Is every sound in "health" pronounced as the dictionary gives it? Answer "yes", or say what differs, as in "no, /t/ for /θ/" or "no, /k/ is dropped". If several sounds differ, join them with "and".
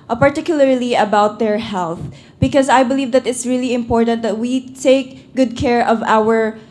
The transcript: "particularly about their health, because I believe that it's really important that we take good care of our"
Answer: yes